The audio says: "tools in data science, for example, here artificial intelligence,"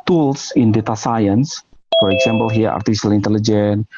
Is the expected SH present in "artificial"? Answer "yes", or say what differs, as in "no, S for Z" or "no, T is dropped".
no, S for SH